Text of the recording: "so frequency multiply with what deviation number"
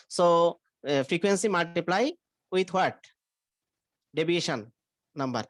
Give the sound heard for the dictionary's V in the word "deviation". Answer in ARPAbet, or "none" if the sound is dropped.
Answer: B